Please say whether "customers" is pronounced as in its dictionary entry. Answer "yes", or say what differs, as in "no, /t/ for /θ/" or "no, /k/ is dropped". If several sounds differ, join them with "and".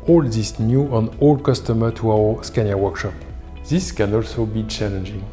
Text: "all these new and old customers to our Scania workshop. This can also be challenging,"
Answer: no, /z/ is dropped